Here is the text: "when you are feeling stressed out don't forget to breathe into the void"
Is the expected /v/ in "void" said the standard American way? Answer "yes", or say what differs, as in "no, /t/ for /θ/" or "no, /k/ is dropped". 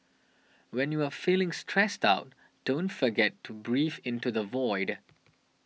yes